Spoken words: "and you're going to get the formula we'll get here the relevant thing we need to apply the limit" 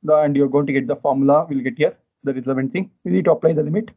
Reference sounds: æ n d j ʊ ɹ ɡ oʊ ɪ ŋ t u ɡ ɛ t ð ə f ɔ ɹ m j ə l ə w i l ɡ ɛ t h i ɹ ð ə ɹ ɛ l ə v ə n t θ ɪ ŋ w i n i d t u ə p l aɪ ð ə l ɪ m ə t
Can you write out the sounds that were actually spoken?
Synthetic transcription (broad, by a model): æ n d j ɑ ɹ ɡ oʊ ɪ ŋ t u ɡ ɛ t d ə f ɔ ɹ m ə l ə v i l ɡ ɛ t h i ɹ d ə ɹ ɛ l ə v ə n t s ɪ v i n i d t u ə p l aɪ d ə l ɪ m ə t